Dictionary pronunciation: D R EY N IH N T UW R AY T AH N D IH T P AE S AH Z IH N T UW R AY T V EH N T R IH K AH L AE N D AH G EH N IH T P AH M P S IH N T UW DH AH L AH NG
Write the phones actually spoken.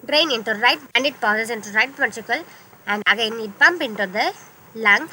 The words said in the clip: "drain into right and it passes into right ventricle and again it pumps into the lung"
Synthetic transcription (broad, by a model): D R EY N IH N T UW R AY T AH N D IH T P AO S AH S IH N T UW R AY T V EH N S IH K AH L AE N D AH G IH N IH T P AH M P IH N T UW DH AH L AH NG